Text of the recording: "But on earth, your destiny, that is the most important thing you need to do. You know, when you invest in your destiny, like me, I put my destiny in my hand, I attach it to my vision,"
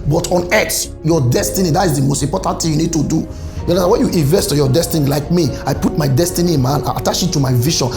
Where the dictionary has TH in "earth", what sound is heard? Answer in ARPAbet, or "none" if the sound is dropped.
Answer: S